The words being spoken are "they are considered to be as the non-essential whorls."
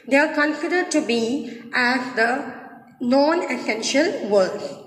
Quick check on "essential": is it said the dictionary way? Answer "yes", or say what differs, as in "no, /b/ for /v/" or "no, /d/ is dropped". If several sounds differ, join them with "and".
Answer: yes